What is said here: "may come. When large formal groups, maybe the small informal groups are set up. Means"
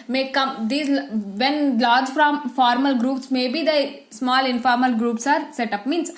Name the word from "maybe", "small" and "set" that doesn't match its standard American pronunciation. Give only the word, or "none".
none